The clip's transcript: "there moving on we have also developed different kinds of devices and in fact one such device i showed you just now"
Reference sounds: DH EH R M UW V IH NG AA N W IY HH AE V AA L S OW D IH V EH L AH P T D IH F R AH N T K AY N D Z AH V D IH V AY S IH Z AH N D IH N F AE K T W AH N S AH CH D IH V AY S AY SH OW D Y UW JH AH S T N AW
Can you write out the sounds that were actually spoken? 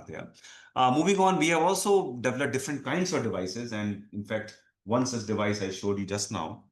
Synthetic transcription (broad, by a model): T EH M UW V IH NG AA N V IY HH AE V AA L S OW D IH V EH L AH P D IH F R AH N T K AY N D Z AH V D IH V AY S IH Z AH N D IH N F AE K T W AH N S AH S D IH V AY S AY SH OW D Y UW JH AH S T N AW